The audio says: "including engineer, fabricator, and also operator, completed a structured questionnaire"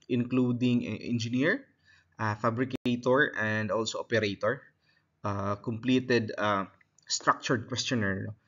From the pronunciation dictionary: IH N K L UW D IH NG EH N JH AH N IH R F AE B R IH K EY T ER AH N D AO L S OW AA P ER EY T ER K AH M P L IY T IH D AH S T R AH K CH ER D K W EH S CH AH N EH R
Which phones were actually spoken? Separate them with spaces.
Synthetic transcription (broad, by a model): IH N K L UW D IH NG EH N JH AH N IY R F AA B R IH K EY T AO AH N D AO L S OW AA P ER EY T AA K AH M P L IY T IH D AH S T R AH K CH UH D K W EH S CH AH N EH R